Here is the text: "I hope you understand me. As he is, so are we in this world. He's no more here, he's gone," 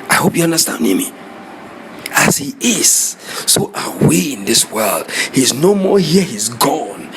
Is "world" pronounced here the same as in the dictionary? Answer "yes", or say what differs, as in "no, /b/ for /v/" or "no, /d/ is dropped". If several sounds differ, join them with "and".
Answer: yes